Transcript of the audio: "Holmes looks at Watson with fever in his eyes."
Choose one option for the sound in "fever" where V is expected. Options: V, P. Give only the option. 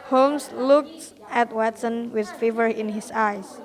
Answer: V